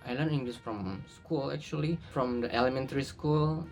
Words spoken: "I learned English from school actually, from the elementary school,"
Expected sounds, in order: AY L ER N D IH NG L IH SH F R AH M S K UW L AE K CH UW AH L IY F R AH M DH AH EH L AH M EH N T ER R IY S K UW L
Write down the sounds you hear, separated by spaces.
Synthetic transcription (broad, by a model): AY L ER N IH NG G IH S F R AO M S K UW L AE K CH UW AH L IY F R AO M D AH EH L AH M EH N T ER R IY S K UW L